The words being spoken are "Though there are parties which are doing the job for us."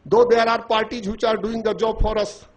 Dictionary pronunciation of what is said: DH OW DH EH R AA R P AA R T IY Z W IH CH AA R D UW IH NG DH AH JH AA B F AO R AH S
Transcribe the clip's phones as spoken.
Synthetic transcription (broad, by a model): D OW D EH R AA R P AA R T IY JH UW CH AA R D UW IH NG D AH JH AA B P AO R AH S